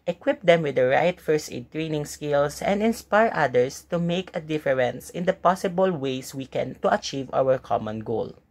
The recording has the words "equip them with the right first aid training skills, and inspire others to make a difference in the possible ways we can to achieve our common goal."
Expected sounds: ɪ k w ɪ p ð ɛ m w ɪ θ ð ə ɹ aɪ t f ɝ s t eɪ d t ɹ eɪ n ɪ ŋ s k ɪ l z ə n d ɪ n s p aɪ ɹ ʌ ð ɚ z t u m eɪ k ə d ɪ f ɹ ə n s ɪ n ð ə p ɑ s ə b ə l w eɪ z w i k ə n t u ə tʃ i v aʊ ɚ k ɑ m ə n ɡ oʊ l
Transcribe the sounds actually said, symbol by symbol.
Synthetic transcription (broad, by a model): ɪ k w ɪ p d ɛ m w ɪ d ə ɹ aɪ t f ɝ s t eɪ d t ɹ eɪ n ɪ ŋ s k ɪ l s ə n d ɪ n s p aɪ ɹ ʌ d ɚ s t u m eɪ k ə d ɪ f ɹ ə n s ɪ n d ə p ɑ s ə b ə l w eɪ s w i k ə n t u ə tʃ i v aʊ ɚ k ɑ m ə n ɡ oʊ l